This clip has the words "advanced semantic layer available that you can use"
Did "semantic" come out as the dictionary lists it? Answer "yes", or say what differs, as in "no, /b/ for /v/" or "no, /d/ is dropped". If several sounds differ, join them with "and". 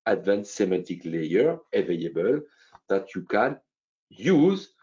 no, /n/ is dropped